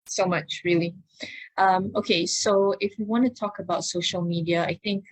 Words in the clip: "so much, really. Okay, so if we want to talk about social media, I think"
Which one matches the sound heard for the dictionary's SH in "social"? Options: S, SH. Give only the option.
SH